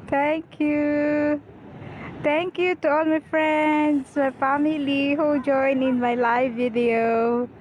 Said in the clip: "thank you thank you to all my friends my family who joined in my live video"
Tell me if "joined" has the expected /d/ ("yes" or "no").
no